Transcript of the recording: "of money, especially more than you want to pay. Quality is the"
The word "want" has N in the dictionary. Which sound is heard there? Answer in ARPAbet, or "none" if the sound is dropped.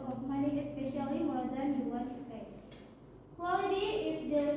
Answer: none